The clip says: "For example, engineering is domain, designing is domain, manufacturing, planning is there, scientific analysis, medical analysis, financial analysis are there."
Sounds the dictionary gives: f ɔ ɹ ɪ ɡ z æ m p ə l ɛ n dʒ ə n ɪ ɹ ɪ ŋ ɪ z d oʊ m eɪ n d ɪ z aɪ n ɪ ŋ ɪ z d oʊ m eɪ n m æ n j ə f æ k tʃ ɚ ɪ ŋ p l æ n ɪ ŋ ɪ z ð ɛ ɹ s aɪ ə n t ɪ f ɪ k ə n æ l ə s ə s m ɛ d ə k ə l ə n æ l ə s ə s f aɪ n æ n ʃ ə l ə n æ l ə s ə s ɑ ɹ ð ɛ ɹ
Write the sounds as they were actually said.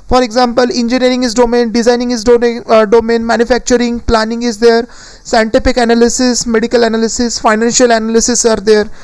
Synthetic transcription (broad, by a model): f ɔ ɹ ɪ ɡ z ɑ m p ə l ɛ n dʒ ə n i ɹ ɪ ŋ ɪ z d oʊ m eɪ n d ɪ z aɪ n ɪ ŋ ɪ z d oʊ m eɪ n m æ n j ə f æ k tʃ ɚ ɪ ŋ p l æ n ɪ ŋ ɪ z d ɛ ɹ s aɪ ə n t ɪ p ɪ k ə n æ l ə s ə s m ɛ d ə k ə l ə n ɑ l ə s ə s f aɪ n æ n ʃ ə l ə n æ l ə s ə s ɑ ɹ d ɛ ɹ